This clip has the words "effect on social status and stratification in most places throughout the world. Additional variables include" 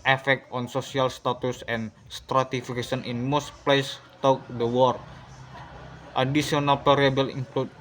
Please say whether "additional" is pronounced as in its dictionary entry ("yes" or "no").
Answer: no